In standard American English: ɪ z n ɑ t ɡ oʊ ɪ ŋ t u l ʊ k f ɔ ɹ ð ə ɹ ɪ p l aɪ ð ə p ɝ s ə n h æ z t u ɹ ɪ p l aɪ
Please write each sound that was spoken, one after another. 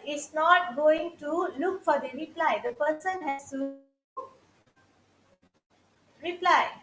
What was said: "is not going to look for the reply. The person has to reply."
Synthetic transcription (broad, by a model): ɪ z n ɑ t ɡ oʊ ɪ ŋ t u l ʊ k f ɔ ɹ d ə ɹ ɪ p l aɪ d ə p ɝ s ə n h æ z t u ɹ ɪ p l aɪ